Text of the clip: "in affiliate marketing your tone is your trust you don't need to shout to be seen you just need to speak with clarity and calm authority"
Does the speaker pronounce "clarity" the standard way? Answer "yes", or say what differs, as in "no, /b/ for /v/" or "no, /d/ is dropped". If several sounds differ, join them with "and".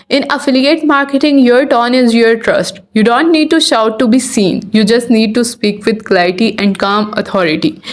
no, /ɹ/ is dropped